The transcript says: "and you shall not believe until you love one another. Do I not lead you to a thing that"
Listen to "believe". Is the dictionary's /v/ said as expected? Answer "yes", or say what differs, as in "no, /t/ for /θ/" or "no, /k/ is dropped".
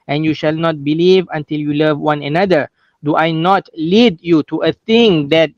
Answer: yes